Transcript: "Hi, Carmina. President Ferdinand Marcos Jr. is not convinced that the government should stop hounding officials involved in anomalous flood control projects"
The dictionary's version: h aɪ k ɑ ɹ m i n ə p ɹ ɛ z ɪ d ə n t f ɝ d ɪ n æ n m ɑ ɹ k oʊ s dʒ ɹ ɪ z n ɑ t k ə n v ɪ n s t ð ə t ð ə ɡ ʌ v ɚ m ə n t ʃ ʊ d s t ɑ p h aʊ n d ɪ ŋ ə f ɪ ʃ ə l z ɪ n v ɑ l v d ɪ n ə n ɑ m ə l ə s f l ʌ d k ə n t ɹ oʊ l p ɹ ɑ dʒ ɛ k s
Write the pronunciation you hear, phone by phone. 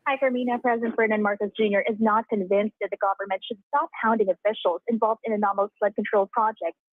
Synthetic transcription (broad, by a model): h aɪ k ɑ ɹ m i n ə p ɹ ɛ z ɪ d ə n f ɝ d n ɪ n m ɑ ɹ k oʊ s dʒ ɹ ɪ z n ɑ t k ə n v ɪ n s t ð ə t ð ə ɡ ʌ v ɚ m ə n t ʃ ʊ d s t ɑ p h aʊ n d ɪ ŋ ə f ɪ ʃ l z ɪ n v ɑ l v d ɪ n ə n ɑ m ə ə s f l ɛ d k ə n t ɹ oʊ l p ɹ ɑ dʒ ɛ k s